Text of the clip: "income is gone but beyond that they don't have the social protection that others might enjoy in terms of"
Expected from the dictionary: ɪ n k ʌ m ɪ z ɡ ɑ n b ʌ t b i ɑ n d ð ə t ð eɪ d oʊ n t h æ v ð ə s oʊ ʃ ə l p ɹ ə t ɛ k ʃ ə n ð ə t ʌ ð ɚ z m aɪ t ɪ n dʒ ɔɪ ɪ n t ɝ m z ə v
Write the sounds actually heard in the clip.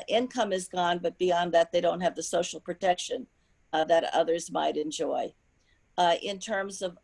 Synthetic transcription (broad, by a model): ɪ n k ʌ m ɪ z ɡ ɑ n b ʌ t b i ɑ n ð ə t ð eɪ d oʊ n t h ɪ v ð ə s oʊ ʃ l p ɹ ə t ɛ k ʃ ə n ð ə t ʌ ð ɚ z m aɪ t ɪ n dʒ ɔɪ ɪ n t ɝ m z ə v